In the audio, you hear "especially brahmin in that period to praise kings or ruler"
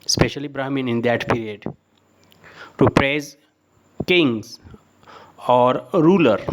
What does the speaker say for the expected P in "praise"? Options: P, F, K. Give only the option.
P